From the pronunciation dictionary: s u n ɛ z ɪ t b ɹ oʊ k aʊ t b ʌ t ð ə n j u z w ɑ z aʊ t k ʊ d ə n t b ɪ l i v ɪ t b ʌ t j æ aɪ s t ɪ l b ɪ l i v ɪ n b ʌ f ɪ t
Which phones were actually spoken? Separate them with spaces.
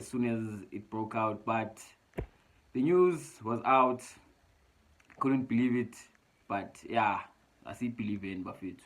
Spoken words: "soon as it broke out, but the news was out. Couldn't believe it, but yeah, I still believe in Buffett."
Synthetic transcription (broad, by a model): s u n ɛ z ɪ t b ɹ oʊ k aʊ t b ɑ t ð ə n j u z w ɑ z aʊ t k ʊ d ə n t b ɪ l i v ɪ t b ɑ t j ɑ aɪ s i b ɪ l i v ɪ n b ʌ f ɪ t